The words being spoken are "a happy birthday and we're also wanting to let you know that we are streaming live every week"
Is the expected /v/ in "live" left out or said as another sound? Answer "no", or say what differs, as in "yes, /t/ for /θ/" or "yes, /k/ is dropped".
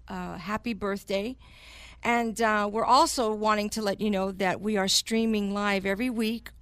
no